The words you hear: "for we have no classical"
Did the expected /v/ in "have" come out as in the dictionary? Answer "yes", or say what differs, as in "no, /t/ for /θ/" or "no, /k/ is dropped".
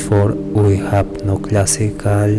no, /p/ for /v/